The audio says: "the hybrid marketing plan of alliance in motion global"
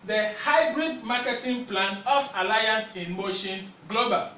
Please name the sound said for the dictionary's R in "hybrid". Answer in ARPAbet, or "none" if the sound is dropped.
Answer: R